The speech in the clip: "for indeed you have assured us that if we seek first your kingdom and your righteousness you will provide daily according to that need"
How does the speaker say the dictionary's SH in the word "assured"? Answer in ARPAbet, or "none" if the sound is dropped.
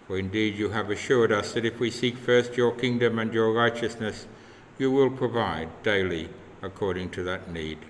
SH